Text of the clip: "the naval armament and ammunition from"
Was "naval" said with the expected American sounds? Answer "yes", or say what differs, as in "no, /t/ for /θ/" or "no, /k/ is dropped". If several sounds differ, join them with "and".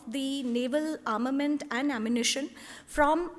yes